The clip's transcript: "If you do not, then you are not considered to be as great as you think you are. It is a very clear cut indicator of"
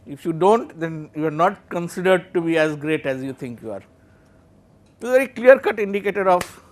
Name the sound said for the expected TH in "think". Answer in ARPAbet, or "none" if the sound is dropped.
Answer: T